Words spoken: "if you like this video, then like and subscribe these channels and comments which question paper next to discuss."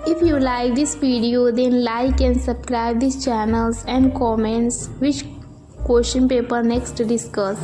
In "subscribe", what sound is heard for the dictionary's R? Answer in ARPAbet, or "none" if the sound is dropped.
R